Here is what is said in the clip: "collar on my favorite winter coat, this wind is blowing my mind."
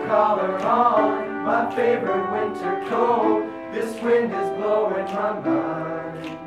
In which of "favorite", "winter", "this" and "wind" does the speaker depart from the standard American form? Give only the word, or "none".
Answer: none